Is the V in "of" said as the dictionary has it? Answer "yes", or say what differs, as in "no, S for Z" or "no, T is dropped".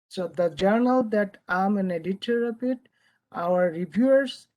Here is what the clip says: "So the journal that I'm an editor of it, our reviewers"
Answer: no, P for V